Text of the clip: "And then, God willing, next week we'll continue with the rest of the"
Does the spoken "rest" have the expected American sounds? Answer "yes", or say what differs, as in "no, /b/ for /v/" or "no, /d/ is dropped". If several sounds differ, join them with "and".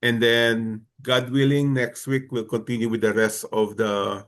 yes